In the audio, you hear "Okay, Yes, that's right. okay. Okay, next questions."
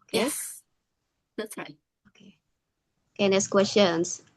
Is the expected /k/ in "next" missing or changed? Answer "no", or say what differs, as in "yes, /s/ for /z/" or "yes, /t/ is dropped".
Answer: yes, /k/ is dropped